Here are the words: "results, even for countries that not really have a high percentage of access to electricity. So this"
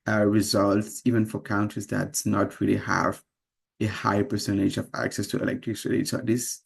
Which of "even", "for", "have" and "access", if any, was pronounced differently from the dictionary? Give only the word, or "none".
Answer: none